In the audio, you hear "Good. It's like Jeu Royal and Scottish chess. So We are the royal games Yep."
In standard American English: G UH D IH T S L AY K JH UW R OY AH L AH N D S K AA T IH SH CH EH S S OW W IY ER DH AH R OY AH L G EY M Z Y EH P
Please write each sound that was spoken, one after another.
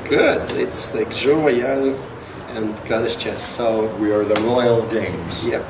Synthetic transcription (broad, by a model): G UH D IH T S L AY K ZH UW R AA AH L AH N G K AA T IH S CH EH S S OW W IY ER DH AH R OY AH L G EY M Z Y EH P